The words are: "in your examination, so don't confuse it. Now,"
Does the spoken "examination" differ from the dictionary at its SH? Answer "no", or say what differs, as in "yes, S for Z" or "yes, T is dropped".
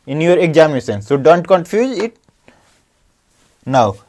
yes, S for SH